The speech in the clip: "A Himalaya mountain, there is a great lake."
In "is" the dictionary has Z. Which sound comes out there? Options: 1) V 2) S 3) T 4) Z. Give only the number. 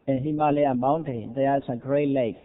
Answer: 2